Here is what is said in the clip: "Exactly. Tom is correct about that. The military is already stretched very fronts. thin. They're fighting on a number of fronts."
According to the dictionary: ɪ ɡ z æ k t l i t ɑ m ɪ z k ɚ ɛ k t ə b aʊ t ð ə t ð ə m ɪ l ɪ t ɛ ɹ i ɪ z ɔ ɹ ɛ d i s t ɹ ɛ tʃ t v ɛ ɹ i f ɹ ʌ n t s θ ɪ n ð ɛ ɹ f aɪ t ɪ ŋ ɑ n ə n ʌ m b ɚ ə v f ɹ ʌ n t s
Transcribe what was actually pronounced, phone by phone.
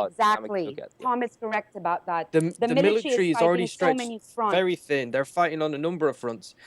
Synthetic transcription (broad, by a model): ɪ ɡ z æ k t l i t ɑ m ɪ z k ɚ ɛ k t ə b aʊ t ð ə t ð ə m ɪ l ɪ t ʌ ɹ i ɪ z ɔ l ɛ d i s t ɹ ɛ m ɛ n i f ɹ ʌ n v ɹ θ ɪ n ð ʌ ɹ f aɪ t ɪ ŋ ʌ n ə n ʌ m b ɚ ə v f ɹ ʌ n t s